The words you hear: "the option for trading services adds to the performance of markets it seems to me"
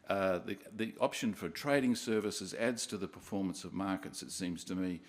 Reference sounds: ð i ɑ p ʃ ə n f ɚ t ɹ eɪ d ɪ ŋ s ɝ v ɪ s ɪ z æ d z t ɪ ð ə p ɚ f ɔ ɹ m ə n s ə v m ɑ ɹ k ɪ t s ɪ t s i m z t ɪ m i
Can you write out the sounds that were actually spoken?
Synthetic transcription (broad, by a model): ð i ɑ p ʃ ə n f ɚ t ɹ eɪ d ɪ ŋ s ɝ v ɪ s ɪ z æ d z t ɪ ð ə p ɚ f ɔ ɹ m ə n s ə v m ɑ ɹ k ɪ t s ɪ t s i m z t ɪ m i